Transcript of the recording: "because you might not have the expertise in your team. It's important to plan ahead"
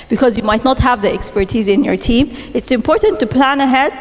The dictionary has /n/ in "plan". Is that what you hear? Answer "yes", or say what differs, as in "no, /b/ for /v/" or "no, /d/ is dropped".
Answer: yes